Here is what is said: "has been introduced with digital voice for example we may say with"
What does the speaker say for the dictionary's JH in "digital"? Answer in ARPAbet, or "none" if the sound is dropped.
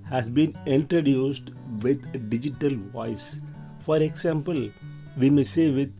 JH